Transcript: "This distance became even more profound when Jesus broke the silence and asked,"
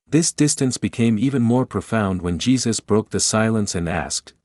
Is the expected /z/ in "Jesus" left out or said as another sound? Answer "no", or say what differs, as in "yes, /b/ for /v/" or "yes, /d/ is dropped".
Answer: no